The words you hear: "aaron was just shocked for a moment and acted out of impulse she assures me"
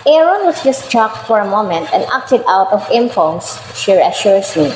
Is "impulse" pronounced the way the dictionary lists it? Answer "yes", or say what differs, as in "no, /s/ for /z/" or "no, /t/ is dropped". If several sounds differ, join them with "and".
no, /n/ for /l/